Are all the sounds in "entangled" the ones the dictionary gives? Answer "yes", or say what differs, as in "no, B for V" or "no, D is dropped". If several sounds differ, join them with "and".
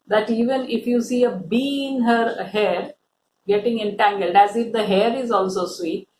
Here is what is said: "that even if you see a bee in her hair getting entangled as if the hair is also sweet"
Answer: yes